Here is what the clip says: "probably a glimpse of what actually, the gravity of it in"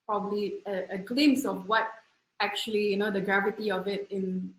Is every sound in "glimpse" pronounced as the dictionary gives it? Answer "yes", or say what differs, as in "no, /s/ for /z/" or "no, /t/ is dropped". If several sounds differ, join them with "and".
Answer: no, /p/ is dropped